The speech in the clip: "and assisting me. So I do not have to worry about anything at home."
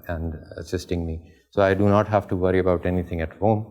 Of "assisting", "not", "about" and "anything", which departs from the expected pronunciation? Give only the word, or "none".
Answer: anything